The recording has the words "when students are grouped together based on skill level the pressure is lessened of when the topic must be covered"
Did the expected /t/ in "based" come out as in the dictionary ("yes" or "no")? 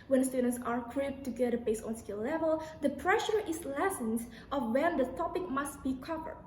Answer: no